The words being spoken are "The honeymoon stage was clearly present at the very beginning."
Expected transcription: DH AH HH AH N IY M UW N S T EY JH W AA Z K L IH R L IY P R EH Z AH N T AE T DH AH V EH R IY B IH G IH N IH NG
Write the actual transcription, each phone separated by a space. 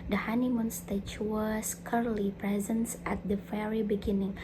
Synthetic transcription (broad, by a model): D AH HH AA N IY M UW N S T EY CH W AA S K AH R L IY P R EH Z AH N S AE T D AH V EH R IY B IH G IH N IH NG